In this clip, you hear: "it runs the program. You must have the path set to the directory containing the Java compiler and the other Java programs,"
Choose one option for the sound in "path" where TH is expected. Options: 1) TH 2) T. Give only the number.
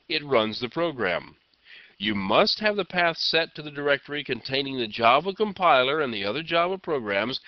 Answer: 1